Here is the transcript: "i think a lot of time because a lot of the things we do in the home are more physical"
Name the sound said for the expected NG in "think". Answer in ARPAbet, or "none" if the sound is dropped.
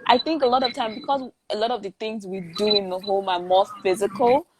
NG